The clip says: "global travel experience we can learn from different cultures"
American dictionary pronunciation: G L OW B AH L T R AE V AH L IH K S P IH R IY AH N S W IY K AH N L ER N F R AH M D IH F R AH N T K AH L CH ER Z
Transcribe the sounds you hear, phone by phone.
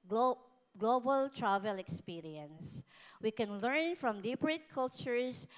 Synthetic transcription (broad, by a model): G L OW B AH L T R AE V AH L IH K S P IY R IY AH N S W IY K AH N L ER N F R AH M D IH P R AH T K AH L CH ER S